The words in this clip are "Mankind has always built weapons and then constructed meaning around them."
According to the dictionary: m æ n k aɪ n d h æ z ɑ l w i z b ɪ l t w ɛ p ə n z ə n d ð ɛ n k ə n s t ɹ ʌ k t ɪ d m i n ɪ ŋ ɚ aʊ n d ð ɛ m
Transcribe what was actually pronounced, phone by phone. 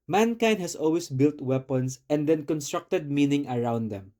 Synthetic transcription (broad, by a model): m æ n k aɪ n d h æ s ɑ l w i s b ɪ l t w ɛ p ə n s ə n d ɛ n k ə n s t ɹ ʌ k t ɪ d m i n ɪ ŋ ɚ aʊ n d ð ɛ m